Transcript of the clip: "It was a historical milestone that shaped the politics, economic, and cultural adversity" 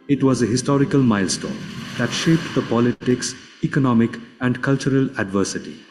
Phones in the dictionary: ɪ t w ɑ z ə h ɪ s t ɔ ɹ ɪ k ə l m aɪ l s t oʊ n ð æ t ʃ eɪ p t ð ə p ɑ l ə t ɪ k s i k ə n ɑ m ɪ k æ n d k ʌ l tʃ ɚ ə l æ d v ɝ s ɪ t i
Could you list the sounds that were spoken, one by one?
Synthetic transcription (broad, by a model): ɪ t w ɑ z ə h ɪ s t ɔ ɹ ɪ k ə l m aɪ l s t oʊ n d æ t ʃ eɪ p t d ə p ɑ l ə t ɪ k s i k ə n ɑ m ɪ k æ n d k ʌ l tʃ ɚ ə l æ d v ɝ s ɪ t i